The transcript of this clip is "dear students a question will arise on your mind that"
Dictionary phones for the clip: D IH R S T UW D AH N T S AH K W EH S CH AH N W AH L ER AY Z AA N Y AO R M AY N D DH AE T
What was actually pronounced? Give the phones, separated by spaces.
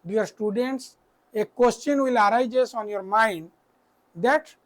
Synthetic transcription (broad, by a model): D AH R S T UW D AH N T S AH K W EH S CH AH N W AH L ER AY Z AA N Y AO R M AY N D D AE T